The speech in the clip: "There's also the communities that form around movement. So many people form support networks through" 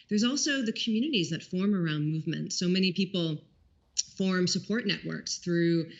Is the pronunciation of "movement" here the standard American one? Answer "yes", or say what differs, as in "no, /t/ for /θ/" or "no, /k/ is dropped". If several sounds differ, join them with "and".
yes